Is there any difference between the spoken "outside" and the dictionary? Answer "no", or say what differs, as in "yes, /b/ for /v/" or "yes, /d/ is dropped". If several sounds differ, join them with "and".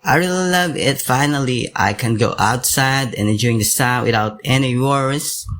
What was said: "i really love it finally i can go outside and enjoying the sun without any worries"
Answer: yes, /d/ is dropped